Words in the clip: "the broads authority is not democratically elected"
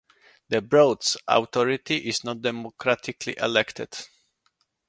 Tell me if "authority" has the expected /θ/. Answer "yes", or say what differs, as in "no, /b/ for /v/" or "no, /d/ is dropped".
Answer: no, /t/ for /θ/